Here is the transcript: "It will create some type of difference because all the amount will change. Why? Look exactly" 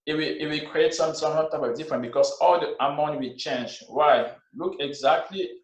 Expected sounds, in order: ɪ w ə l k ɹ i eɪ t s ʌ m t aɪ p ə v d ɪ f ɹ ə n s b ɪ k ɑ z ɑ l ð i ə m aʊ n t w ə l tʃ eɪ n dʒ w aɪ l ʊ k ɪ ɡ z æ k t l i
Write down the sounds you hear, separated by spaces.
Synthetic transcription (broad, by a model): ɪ w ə w k ɹ i eɪ t s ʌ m s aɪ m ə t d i f ɹ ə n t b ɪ k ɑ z ɑ l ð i ə m aʊ n t w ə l tʃ eɪ n dʒ w aɪ l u k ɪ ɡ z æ k t l i